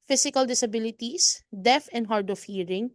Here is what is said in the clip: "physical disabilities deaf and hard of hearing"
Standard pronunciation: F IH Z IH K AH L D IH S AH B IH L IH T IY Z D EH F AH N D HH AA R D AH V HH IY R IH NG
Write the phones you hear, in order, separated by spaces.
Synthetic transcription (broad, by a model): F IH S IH K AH L D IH S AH B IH L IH T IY S D EH F AH N D HH AA R D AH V HH IY R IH NG